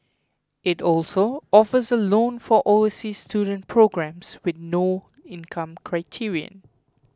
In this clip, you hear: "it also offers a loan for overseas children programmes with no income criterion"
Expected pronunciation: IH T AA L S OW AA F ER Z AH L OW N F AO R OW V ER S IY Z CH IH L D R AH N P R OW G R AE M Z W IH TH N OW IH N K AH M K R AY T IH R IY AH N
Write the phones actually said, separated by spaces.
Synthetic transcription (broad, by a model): IH T AA L S OW AA F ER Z AH L OW N F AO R OW ER S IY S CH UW D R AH N P R OW G R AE M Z W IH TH N OW IH N K AH M K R AY T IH R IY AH N